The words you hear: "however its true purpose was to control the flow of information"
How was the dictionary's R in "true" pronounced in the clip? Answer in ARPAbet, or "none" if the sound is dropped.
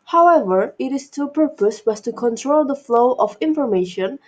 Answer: none